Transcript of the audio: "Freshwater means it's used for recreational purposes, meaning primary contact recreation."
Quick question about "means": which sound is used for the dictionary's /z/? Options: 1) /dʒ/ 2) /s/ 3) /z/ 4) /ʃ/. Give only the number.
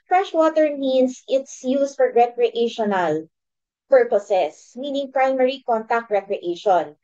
2